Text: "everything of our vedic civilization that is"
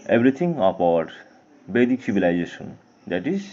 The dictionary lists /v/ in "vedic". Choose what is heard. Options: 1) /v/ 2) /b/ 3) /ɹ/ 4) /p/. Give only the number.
2